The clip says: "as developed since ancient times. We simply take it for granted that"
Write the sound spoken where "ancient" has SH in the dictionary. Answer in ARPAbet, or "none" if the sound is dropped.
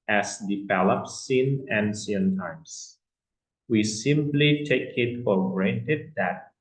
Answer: S